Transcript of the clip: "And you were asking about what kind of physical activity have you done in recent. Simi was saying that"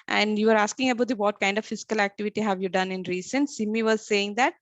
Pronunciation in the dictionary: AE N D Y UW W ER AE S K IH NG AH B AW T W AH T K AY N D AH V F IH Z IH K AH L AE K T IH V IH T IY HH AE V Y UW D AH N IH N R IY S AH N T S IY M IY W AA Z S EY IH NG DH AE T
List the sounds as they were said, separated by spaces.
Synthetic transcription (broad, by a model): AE N D Y UW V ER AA S K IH NG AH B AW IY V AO T K AY N D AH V F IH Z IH K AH L AE K T IH V IH T IY HH AE V Y UW D AH N IH N R IY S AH N S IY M IY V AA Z S EY IH NG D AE T